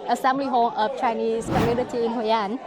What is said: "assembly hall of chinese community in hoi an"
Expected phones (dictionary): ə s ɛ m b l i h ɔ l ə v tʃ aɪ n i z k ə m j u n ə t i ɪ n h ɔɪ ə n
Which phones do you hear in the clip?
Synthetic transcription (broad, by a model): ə s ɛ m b l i h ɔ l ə f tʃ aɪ n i s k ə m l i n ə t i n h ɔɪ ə n